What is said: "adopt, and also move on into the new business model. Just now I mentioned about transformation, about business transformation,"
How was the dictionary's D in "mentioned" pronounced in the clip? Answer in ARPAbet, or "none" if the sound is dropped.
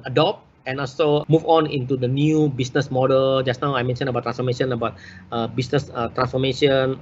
none